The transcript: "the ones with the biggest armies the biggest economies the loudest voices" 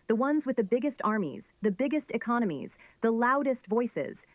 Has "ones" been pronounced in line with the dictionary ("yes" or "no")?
yes